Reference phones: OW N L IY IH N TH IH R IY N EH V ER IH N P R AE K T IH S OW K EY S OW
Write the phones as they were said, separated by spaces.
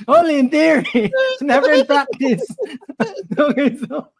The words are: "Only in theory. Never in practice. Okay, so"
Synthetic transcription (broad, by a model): OW N L IY IH N TH IH R IY N EH V ER IH N P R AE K T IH S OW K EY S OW